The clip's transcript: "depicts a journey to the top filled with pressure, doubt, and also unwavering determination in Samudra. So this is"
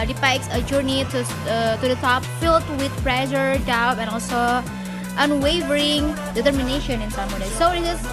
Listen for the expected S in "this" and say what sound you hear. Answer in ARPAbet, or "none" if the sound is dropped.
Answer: none